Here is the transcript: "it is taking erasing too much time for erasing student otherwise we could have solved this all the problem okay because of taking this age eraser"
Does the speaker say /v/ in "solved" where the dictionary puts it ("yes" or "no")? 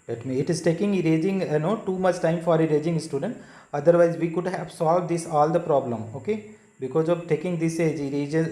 yes